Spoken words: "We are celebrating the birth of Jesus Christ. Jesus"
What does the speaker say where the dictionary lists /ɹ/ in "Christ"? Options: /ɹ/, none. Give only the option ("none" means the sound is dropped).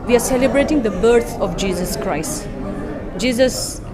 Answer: /ɹ/